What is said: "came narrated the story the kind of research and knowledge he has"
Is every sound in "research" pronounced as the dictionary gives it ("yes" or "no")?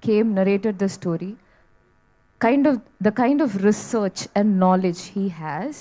yes